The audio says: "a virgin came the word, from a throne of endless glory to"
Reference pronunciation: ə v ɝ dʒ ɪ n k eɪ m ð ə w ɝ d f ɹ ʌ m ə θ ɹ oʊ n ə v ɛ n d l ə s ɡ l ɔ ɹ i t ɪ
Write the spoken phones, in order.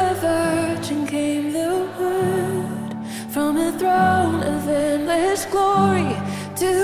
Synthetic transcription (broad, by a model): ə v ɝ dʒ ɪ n k eɪ m ð ə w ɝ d f ɹ ʌ m ə θ ɹ oʊ n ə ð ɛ n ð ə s ɡ l ɔ ɹ i t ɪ